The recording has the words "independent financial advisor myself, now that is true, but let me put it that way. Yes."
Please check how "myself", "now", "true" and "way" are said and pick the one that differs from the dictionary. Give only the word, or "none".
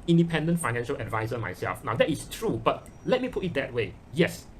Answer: none